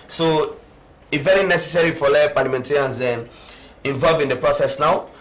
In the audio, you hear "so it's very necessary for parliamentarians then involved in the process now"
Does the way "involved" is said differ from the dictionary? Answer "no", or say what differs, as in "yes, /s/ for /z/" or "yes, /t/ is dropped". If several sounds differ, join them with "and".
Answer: yes, /d/ is dropped